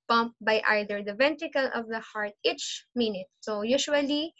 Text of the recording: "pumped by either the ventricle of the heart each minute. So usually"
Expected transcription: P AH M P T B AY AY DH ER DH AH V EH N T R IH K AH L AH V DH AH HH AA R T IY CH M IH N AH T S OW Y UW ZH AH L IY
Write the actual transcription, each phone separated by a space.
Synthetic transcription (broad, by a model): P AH M P B AY AY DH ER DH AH V EH N T R IH K AH L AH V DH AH HH AA R T IY CH M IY N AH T S OW Y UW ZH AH L IY